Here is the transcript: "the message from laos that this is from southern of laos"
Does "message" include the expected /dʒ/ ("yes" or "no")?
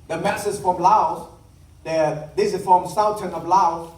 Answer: no